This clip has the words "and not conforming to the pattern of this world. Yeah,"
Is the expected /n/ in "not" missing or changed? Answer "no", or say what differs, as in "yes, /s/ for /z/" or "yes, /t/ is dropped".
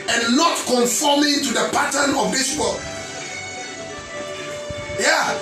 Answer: no